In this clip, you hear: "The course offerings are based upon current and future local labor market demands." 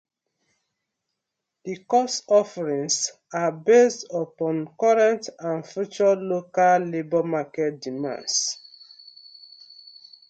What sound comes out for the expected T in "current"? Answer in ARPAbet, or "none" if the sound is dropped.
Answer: T